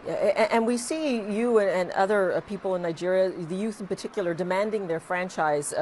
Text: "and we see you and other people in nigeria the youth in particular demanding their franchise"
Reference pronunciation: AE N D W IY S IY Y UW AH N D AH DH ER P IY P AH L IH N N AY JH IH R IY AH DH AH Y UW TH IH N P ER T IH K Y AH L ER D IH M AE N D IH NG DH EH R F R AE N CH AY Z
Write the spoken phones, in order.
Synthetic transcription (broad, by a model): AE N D W IY S IY Y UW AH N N AH DH ER P IY P L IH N N AY JH IH R IY AH DH AH Y UW TH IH N P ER T IH K Y L ER D IH M AE N D IH NG DH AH R F R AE N CH AY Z